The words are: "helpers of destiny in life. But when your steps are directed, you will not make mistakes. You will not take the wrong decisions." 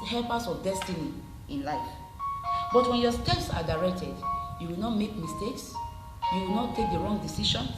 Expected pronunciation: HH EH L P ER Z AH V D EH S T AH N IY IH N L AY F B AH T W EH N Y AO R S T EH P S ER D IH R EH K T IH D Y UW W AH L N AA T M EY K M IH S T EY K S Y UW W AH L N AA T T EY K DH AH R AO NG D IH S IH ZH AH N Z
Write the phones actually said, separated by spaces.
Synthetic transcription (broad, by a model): HH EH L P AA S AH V D EH S T AH N IY IH N L AY F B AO T W EH N Y AO S T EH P S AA D IH R EH K T IH D Y UW W AH L N AA T M EY K M IH S T EY K S Y UW W AH L N AA T T EY K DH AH R AO NG D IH S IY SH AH N